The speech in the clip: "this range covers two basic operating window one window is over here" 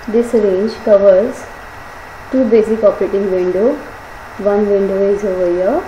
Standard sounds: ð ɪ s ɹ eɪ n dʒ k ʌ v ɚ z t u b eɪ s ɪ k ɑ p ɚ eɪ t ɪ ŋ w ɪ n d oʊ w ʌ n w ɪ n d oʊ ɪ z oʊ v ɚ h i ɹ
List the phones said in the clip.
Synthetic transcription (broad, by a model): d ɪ s ɹ eɪ n dʒ k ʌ v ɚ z t u b eɪ s ɪ k ɑ p ɚ eɪ t ɪ ŋ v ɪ n d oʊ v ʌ n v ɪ n d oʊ ɪ z oʊ v ɚ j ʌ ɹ